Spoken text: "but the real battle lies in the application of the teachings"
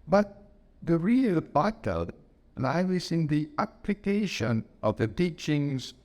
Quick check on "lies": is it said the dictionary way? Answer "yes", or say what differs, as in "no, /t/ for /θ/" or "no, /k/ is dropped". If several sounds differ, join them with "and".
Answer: no, /n/ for /l/